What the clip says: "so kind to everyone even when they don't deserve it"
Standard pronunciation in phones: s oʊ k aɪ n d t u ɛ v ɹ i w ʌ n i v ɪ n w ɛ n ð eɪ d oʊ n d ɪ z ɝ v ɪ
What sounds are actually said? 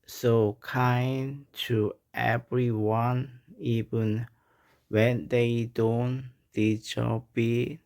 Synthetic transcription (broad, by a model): s oʊ k aɪ n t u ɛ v ɹ i w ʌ n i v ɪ n w ɛ n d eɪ d oʊ n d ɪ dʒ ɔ b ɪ